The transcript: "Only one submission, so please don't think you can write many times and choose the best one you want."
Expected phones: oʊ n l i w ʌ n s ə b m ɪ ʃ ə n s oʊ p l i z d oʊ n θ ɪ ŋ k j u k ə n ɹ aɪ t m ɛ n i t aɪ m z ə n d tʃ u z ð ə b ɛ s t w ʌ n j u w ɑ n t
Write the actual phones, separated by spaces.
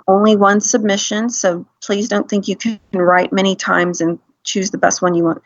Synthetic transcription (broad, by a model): oʊ n l i w ʌ n s ə b m ɪ ʃ ə n s oʊ p l i z d oʊ n θ ɪ ŋ k j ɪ k n ɹ aɪ t m ɛ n i t aɪ m z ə n tʃ u z ð ə b ɛ s t w ʌ n j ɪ w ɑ n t